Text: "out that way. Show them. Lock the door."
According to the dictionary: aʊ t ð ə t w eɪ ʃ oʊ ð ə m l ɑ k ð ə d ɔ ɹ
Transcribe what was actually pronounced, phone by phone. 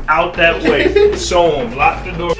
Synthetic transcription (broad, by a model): aʊ t ð ə t w eɪ s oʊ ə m l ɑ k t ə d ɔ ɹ